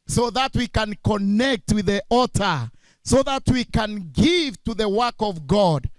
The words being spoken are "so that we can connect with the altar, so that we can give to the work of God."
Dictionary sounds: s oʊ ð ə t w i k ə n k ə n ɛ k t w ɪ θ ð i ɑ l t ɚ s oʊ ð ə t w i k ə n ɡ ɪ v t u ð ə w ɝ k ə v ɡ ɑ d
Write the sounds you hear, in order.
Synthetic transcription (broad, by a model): s oʊ ð ə t w i k ə n k ə n ɛ k t w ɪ ð i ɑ t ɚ s oʊ ð ə t w i k ə n ɡ ɪ v t u ð ə w ɝ k ə v ɡ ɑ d